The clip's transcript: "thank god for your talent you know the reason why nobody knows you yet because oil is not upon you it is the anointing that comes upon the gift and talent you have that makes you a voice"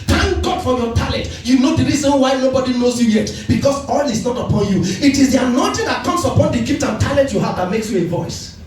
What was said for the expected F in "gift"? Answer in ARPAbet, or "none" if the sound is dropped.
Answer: P